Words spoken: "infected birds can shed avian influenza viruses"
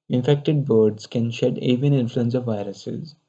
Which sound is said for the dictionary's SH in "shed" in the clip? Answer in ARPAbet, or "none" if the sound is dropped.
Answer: SH